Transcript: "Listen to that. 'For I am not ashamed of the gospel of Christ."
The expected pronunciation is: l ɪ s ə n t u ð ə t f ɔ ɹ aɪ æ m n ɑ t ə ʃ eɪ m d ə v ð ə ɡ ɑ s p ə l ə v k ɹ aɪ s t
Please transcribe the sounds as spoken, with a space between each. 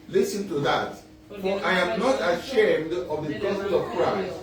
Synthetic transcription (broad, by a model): l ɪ s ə n t u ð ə t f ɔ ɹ aɪ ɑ m n ɑ t ə ʃ eɪ m d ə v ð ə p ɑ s ə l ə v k ɹ aɪ s t